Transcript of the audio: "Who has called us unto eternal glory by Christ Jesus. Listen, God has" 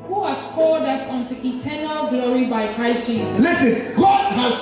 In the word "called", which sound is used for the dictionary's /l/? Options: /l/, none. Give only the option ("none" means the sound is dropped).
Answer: none